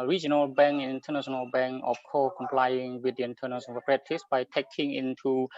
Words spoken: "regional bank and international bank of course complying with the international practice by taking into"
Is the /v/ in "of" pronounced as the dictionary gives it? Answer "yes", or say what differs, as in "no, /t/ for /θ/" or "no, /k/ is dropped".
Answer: no, /f/ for /v/